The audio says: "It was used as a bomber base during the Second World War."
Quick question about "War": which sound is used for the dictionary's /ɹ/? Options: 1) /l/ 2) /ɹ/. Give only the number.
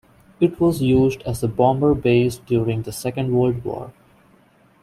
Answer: 2